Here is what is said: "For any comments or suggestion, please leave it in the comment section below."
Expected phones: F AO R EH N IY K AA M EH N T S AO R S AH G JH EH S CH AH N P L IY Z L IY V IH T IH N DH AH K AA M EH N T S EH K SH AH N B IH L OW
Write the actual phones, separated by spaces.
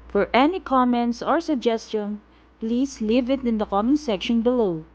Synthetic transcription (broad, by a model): F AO R EH N IY K AA M EH N T S AO R S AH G JH EH S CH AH N P L IY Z L IY V IH T IH N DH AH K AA M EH N S EH K SH AH N B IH L OW